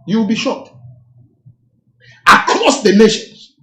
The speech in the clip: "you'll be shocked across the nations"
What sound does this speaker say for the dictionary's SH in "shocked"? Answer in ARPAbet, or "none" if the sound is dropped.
SH